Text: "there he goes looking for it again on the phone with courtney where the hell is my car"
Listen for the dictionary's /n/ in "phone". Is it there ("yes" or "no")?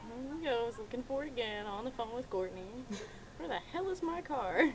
yes